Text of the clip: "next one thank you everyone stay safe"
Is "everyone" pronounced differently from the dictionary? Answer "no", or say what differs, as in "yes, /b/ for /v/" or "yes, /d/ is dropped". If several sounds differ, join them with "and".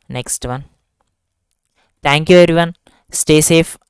yes, /v/ is dropped